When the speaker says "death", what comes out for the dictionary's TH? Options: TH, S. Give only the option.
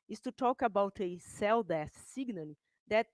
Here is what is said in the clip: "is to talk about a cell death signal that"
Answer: S